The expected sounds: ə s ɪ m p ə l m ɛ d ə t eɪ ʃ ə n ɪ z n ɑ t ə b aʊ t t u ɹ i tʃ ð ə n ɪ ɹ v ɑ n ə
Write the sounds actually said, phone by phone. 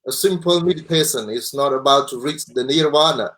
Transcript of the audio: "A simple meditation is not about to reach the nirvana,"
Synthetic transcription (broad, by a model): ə s ɪ m p ə l m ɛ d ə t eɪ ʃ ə n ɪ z n ɑ t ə b aʊ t t u ɹ i tʃ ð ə n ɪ ɹ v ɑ n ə